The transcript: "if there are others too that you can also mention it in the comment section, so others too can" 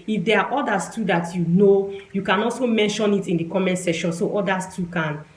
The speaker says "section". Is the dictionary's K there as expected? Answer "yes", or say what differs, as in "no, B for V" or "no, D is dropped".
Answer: no, K is dropped